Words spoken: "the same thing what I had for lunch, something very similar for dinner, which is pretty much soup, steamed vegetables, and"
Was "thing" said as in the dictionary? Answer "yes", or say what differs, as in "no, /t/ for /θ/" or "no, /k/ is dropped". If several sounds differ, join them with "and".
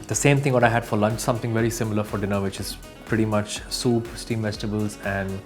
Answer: no, /t/ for /θ/